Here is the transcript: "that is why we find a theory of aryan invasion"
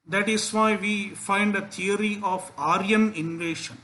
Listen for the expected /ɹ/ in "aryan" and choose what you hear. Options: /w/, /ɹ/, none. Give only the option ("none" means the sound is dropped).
/ɹ/